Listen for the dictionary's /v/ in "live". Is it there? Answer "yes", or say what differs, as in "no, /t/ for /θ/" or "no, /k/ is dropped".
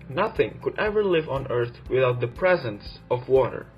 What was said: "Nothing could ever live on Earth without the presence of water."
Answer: yes